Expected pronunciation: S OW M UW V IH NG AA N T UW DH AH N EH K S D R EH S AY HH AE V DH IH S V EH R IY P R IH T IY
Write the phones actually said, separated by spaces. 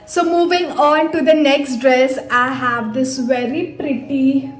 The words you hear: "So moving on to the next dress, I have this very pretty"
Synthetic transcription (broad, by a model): S OW M UW V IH NG AA N T UW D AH N EH K S D R EH S AY HH AE V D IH S V EH R IY P R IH T IY